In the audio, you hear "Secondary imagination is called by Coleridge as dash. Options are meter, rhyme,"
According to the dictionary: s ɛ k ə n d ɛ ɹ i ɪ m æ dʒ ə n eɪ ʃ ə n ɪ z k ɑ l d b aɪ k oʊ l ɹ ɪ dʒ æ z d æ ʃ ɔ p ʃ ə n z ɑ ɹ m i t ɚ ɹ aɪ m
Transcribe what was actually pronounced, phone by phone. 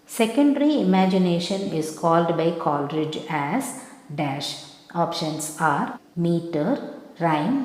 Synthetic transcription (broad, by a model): s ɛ k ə n d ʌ ɹ i ɪ m æ dʒ ə n eɪ ʃ ə n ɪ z k ɑ l d b aɪ k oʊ l ɹ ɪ dʒ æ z d æ ʃ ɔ p ʃ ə n s ɑ ɹ m i t ɚ ɹ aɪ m